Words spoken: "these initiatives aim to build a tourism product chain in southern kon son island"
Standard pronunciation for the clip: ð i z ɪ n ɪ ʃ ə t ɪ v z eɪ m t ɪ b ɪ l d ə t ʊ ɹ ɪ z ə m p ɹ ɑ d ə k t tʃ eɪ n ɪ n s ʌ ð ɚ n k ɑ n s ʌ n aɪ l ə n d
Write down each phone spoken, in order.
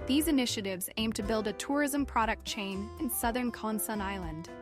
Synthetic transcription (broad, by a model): ð i z ɪ n ɪ ʃ ə t ɪ v z eɪ m t ɪ b ɪ l d ə t ʊ ɹ ɪ z ə m p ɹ ɑ d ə k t tʃ eɪ n ɪ n s ʌ ð ɚ n k ɑ n s ʌ n aɪ l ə n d